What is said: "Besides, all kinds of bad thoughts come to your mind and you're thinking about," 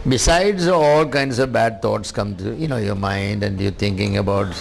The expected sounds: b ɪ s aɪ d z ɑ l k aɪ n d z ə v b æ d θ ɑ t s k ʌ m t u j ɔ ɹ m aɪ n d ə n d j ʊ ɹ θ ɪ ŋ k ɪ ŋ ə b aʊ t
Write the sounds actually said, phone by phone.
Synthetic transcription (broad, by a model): b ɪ s aɪ d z ɑ l k aɪ n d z ə v b æ d t ɑ t s k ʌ m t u j ɔ ɹ m aɪ n d ə n d j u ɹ t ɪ ŋ k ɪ ŋ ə b aʊ t